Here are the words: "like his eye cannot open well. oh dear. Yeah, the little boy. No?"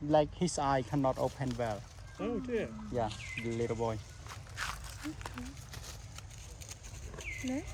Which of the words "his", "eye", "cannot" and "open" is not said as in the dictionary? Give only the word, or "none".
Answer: his